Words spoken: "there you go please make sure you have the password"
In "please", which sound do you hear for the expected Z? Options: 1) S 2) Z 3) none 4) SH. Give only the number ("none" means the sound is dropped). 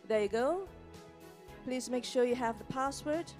2